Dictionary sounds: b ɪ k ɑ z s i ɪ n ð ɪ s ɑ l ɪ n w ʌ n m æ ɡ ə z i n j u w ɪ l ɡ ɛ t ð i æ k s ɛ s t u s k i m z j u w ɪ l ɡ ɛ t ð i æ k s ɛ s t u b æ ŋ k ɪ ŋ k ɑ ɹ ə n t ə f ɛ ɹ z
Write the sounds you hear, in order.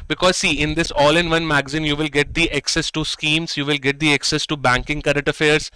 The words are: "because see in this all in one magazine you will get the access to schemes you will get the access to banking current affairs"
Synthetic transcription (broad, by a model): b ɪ k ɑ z s i ɪ n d ɪ s ɑ l ɪ n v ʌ n m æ ɡ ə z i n j u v ɪ l ɡ ɛ t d i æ k s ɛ s t u s k i m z j u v ɪ l ɡ ɛ t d i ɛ k s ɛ s t u b æ ŋ k ɪ ŋ k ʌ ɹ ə t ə f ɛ ɹ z